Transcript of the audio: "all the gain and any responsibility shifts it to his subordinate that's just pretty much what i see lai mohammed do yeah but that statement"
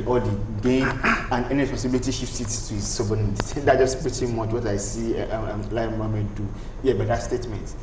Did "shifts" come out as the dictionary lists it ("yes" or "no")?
no